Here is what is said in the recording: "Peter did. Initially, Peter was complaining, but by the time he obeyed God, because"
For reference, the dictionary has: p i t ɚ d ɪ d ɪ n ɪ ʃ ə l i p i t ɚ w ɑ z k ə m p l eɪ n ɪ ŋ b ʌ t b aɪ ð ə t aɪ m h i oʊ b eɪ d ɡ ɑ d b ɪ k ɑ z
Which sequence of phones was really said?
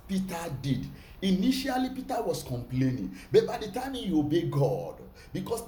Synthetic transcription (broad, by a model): p i t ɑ d ɪ d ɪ n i ʃ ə l i p i t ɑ w ɑ s k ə m p l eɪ n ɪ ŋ b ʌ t b aɪ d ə t aɪ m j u oʊ b eɪ ɡ ɑ d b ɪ k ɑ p